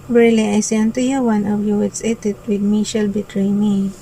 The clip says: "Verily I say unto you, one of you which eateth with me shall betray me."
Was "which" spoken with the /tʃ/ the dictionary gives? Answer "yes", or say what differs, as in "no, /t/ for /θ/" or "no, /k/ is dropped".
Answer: no, /s/ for /tʃ/